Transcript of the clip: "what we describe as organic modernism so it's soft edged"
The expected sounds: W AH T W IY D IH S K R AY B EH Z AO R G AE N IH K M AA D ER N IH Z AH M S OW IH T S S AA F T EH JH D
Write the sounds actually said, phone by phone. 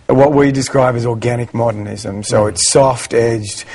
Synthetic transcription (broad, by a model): W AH T W IY D IH S K R AY B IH Z AO R G AE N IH K M AA D ER N IH Z AH M S OW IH T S S AA F T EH JH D